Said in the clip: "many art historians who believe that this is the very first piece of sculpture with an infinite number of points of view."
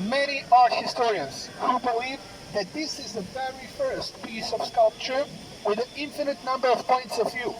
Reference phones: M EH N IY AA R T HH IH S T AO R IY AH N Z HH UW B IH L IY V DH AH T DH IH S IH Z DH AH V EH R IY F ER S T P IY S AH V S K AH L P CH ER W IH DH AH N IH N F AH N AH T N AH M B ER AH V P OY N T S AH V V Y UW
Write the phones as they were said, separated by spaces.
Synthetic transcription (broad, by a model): M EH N IY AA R HH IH S T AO R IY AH N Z HH UW B IH L IY V DH AH T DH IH S IH Z DH AH V EH R IY F ER S T P IY S AH V S K AH L P CH ER W IH DH AH N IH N F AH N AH T N AH M B ER AH V P OY N T S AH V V Y UW